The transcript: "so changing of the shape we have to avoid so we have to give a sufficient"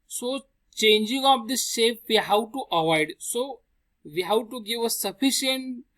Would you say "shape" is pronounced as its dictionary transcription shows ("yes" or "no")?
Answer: no